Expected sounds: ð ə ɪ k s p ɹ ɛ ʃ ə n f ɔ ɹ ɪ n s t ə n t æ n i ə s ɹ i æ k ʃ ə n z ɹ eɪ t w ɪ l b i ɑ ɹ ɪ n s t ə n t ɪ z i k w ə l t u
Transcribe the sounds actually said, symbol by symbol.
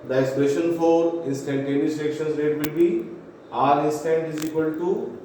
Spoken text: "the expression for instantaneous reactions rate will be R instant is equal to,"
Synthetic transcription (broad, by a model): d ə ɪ s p ɛ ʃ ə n f ɔ ɹ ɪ n s t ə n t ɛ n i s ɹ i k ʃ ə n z ɹ eɪ t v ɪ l b i ɑ ɹ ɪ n s t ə n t ɪ z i k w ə l t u